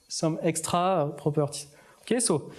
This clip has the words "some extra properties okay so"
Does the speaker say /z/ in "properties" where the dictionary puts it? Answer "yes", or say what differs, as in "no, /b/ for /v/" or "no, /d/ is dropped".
no, /z/ is dropped